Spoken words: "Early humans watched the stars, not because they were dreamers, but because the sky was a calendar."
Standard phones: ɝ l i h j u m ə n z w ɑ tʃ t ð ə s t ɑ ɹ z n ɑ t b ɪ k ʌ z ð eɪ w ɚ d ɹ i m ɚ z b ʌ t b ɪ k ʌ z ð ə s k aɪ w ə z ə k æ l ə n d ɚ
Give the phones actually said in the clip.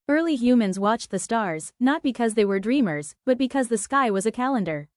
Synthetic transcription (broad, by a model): ɝ l i h j u m ə n z w ɑ tʃ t ð ə s t ɑ ɹ z n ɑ t b ɪ k ʌ z ð eɪ w ɚ d ɹ i m ɚ z b ʌ t b ɪ k ʌ z ð ə s k aɪ w ə z ə k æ l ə n d ɚ